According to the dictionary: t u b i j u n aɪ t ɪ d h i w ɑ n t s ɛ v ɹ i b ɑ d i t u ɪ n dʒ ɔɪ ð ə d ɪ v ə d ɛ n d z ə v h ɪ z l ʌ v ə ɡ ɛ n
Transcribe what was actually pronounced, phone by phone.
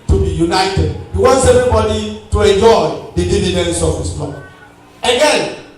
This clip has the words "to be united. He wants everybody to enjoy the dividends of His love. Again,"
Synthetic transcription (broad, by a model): t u b i j u n aɪ t ɪ d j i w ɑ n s ɛ v ɹ i b ɑ d i t u ɪ n dʒ ɔɪ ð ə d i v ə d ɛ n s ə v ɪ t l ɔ ə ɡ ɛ n